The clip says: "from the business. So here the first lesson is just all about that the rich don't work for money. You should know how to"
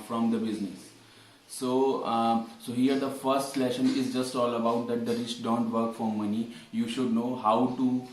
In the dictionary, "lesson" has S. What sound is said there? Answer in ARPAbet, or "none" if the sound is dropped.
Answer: SH